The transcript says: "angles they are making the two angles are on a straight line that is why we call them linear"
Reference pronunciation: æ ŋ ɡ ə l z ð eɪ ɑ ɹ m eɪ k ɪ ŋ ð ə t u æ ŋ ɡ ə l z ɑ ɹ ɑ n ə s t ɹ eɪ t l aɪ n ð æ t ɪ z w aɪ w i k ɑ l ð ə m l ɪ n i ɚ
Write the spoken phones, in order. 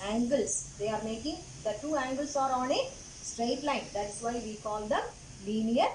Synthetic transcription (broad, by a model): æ ŋ ɡ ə l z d eɪ ɑ ɹ m eɪ k ɪ ŋ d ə t u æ ŋ ɡ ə l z ɑ ɹ ɑ n ə s t ɹ eɪ t l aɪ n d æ t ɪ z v aɪ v i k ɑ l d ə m l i n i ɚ